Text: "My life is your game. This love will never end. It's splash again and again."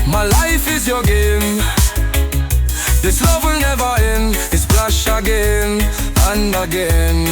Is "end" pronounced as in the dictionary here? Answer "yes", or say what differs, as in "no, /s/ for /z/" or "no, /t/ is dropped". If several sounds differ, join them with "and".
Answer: no, /d/ is dropped